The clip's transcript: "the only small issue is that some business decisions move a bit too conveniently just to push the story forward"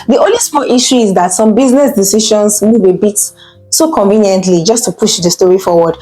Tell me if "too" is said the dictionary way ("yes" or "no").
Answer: no